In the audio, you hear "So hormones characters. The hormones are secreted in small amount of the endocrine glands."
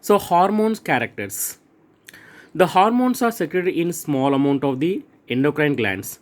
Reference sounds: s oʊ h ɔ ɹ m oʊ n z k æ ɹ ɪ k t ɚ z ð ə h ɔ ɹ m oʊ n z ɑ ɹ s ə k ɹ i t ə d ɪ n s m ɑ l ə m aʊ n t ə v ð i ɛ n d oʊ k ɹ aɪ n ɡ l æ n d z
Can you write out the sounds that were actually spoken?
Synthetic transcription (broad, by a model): s oʊ h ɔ ɹ m oʊ n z k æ ɹ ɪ k t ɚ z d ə h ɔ ɹ m oʊ n s ɑ ɹ s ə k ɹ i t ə ɪ n s m ɑ l ə m aʊ n t ə v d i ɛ n d oʊ k ɹ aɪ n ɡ l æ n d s